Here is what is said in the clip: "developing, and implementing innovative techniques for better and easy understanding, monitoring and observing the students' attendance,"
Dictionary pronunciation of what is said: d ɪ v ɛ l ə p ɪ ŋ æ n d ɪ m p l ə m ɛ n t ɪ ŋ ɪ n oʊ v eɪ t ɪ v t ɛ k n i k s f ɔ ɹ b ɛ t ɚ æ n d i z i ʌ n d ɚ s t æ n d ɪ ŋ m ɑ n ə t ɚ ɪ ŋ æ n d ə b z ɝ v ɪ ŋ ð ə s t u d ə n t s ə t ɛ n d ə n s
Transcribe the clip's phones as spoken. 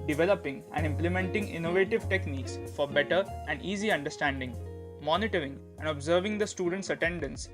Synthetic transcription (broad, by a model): d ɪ v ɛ l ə p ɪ ŋ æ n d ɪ m p l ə m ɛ n t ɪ ŋ ɪ n oʊ v eɪ t ɪ v t ɛ k n i k s f ɔ ɹ b ɛ t ɚ æ n d i z i ʌ n d ɚ s t æ n d ɪ ŋ m ɑ n ə t ɚ ɪ ŋ æ n d ə b z ɝ v ɪ ŋ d ə s t u d ə n t s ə t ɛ n d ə n s